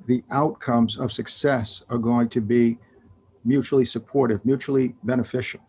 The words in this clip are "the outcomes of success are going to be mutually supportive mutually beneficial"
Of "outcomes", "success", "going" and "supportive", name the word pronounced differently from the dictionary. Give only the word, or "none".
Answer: none